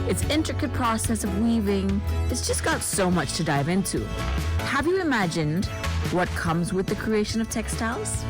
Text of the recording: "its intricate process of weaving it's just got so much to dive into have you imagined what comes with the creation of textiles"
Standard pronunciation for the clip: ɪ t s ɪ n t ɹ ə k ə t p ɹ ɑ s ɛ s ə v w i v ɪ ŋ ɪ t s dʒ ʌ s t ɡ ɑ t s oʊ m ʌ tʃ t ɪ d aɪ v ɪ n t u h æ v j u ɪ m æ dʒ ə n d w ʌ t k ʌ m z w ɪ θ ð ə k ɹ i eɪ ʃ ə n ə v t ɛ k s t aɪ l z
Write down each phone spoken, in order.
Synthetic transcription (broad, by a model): ɪ t s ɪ n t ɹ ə k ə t p ɹ ɑ s ɛ s ə v w i v ɪ ŋ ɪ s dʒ ʌ s ɡ ɑ t s oʊ m ʌ tʃ t ɪ d aɪ v ɪ n t u h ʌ v j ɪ ɪ m æ dʒ ə n d w ʌ t k ʌ m z w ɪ ð ə k ɹ i eɪ ʃ ə n ə v t ɛ k s t aɪ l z